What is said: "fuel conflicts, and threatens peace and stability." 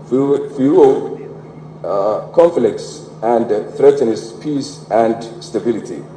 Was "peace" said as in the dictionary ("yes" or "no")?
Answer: yes